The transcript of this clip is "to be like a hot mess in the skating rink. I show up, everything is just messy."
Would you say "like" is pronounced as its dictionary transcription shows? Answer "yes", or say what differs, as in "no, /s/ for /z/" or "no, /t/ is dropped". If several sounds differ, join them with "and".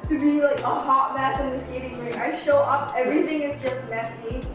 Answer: yes